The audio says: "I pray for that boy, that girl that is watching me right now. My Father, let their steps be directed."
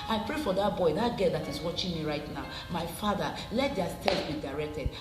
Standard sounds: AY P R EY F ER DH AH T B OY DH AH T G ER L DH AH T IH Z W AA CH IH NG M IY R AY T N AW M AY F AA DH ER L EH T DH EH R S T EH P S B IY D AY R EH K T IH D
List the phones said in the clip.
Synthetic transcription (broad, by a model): AY P R EY F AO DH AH T B OY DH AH T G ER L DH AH T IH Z W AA CH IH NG M IY R AY T N AW M AY F AA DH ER L EH T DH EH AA S T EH S B IY D AY R EH K T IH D